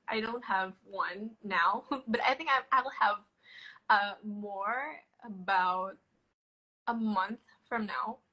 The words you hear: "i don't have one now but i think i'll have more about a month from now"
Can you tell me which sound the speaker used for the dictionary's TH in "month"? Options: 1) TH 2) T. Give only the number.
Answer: 1